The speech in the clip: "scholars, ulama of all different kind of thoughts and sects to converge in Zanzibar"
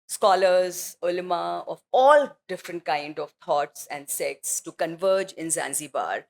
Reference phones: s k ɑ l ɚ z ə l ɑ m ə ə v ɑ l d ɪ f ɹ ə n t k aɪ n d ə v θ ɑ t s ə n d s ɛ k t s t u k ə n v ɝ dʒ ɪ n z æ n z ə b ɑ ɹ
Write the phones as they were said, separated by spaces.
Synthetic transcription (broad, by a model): s k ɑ l ɚ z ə l m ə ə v ɑ l d ɪ f ɹ ə n t k aɪ n d ə v t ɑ t s ə n d s ɛ k t s t u k ə n v ɝ dʒ ɪ n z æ n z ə b ɑ ɹ